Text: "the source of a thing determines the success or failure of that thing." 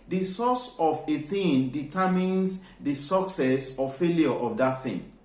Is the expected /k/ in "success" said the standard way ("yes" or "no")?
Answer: yes